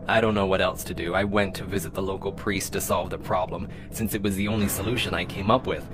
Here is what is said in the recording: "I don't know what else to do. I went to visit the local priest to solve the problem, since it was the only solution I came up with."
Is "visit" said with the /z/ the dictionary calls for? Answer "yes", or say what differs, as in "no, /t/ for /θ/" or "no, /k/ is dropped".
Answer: yes